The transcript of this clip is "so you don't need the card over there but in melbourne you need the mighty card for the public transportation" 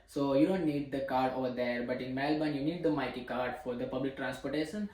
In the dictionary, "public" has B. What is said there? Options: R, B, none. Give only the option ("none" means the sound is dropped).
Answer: B